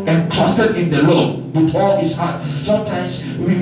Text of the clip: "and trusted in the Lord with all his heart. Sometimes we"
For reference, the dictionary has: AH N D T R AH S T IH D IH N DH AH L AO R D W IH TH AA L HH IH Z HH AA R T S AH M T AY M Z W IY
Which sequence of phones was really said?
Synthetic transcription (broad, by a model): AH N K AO S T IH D IH N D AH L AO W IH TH AA L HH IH S HH AA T S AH M T AY M S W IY